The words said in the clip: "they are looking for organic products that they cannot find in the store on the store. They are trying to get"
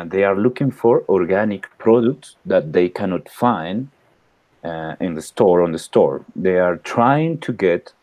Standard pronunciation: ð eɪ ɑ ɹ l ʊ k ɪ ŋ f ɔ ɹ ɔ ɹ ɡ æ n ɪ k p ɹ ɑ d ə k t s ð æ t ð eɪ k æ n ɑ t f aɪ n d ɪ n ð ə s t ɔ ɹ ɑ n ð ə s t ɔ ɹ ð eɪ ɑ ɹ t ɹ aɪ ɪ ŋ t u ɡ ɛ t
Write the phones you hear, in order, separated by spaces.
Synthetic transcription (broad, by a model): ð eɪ ɑ ɹ l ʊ k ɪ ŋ f ɔ ɹ ɔ ɹ ɡ æ n ɪ k p ɹ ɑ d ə k t s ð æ t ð eɪ k æ n ɑ t f aɪ n d ɪ n ð ə s t ɔ ɹ ɑ n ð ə s t ɔ ɹ ð eɪ ɑ ɹ t ɹ aɪ ɪ ŋ t u ɡ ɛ t